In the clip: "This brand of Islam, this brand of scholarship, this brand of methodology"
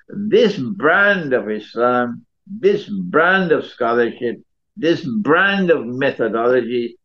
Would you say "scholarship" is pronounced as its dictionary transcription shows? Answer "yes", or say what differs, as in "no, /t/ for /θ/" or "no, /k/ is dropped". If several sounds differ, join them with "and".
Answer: yes